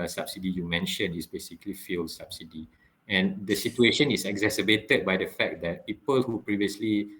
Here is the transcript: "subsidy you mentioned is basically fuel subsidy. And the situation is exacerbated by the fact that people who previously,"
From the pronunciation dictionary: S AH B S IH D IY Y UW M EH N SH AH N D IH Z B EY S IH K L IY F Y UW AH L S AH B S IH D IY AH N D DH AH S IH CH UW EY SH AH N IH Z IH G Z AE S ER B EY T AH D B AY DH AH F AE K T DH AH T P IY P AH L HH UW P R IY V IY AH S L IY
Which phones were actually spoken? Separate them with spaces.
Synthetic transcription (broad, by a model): S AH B S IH D IY Y UW M EH N SH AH N IH S B EY S IH K L IY F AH L S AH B S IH D IY AH N D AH S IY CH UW EY SH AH N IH S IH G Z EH S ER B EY T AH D B AY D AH F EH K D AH T P IY P AH L HH UW P R IY V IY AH S L IY